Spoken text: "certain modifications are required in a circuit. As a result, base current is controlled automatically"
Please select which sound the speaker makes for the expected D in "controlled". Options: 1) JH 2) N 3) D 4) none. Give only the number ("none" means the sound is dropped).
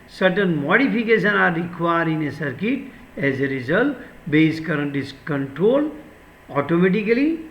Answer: 4